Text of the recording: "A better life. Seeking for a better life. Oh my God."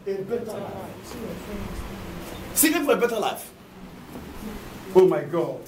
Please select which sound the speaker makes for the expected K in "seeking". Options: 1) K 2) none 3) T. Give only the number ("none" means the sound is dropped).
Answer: 2